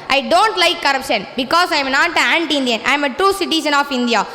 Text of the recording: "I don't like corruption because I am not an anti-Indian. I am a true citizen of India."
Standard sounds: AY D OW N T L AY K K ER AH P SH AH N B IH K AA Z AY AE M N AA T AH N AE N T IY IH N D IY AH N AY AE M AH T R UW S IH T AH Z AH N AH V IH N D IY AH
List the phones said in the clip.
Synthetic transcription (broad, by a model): AY D OW N T L AY K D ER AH P SH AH N B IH K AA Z AY M N AA T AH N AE N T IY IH N D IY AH N AY M AH T R UW S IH T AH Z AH N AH F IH N D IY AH